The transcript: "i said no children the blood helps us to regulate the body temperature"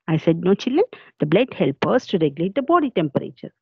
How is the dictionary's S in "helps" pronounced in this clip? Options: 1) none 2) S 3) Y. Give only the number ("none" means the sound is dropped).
1